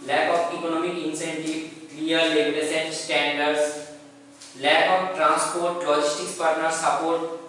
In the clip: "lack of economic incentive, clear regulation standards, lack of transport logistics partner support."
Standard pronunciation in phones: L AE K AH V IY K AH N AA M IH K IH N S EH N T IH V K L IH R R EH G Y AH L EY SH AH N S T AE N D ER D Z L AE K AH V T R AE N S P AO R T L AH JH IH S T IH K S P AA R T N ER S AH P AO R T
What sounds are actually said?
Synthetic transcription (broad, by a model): L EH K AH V IY K AH N AA M IH K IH N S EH N T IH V K L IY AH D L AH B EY S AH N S T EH N D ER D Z L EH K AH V T R AE N S P AO R T L AH JH IH S T IH K S P AA R T N ER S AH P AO R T